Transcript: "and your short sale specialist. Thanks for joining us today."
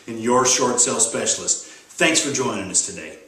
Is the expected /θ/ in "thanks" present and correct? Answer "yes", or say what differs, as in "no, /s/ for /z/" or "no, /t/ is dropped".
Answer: yes